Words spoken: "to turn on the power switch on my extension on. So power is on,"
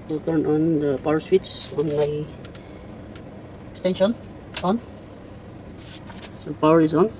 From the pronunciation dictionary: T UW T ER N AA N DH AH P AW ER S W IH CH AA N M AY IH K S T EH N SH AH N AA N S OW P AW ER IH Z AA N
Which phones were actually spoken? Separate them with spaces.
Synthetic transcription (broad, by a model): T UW T ER N AA N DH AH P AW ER S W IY S AA N M AY IH K S T EH N SH AH N AA N S OW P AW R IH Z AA N